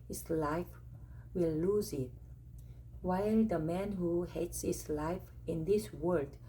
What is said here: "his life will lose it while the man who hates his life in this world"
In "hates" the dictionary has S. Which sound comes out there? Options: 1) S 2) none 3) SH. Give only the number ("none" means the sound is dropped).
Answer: 1